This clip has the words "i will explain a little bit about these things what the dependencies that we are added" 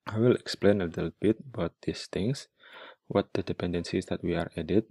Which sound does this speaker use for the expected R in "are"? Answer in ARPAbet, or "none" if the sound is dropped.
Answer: R